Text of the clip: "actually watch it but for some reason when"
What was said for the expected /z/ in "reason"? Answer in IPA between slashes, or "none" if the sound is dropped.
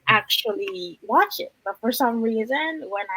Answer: /z/